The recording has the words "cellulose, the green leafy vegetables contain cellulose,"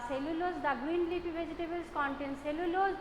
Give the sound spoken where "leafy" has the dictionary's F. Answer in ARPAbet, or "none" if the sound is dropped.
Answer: P